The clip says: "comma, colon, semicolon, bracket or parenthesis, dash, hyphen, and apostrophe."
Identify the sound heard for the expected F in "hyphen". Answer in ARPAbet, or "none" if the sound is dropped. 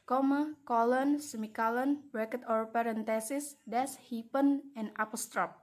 P